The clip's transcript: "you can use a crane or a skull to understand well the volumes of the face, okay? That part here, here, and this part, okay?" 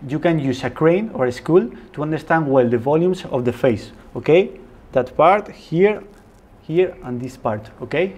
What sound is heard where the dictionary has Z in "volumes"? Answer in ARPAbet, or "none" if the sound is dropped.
S